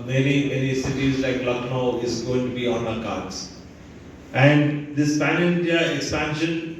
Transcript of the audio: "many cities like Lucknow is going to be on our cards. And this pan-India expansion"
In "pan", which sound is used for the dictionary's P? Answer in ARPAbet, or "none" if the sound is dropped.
F